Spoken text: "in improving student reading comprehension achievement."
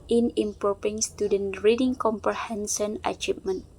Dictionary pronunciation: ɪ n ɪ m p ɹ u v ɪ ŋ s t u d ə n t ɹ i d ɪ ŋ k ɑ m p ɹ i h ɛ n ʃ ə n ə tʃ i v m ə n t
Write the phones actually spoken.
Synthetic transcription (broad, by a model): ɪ n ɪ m p ɹ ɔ p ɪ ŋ s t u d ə n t ɹ i d ɪ ŋ k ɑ m p ɹ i h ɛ n s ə n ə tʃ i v m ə n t